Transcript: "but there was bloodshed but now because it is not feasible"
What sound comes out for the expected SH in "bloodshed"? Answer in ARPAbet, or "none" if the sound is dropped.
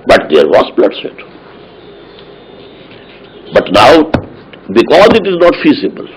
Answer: S